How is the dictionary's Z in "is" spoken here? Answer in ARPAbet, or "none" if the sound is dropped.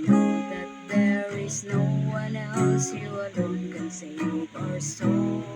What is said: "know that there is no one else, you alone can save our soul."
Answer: Z